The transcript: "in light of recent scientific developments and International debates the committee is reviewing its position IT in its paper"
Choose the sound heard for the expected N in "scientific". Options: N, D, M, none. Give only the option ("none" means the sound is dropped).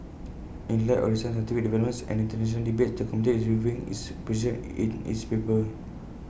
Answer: none